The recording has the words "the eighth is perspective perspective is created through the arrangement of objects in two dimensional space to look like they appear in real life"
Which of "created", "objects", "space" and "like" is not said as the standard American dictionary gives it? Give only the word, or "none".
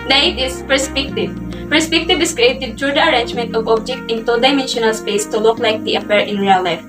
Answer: objects